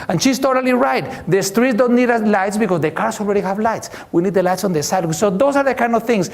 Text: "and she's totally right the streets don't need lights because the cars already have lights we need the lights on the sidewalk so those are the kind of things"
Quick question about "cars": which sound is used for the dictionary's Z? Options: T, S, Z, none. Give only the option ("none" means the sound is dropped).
S